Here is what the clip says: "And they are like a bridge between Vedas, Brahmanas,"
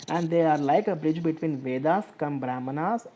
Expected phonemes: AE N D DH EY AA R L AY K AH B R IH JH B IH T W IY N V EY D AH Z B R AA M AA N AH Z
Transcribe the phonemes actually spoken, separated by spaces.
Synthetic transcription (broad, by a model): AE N D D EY AA R L AY K AH B R IH JH B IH T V IY N V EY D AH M B R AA M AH N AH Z